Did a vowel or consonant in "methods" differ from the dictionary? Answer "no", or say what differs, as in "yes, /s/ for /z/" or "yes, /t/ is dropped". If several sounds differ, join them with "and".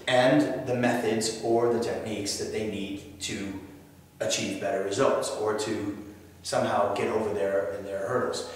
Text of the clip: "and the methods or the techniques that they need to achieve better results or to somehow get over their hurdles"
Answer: no